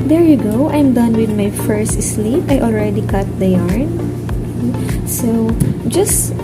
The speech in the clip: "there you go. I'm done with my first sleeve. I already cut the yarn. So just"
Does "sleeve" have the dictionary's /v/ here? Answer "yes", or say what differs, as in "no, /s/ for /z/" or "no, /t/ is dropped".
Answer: no, /p/ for /v/